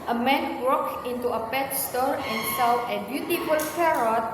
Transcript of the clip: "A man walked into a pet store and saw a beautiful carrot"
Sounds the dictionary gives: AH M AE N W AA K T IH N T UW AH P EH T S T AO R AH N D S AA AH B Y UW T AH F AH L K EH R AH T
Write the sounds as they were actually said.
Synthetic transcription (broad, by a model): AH M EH N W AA K IH N T UW AH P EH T S T AO R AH N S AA AH B Y UW T AH F AH L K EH R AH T